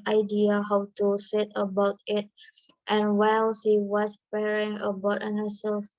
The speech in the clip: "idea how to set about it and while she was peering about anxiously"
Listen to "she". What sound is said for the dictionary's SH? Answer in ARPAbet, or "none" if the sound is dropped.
S